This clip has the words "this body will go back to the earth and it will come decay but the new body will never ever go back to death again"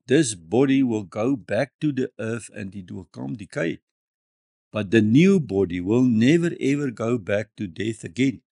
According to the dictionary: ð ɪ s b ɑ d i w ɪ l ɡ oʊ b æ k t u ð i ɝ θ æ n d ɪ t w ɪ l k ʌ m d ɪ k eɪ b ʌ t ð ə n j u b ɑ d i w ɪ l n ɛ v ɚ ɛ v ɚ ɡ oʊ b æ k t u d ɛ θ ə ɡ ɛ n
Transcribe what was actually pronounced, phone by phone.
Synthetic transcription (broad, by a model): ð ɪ s b ɑ d i w ɪ l ɡ oʊ b æ k t u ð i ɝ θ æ n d ɪ t w ɪ l k ʌ m d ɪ k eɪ b ʌ t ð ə n j u b ɑ d i w ɪ l n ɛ v ɚ ɛ v ɚ ɡ oʊ b æ k t u d ɛ θ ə ɡ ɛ n